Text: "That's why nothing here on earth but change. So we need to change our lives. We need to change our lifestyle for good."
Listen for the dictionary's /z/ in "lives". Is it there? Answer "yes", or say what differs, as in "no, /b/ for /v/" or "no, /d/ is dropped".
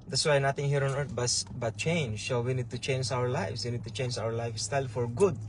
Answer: no, /s/ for /z/